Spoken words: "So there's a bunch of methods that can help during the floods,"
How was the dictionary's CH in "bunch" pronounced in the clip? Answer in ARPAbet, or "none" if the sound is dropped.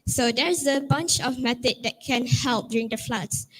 CH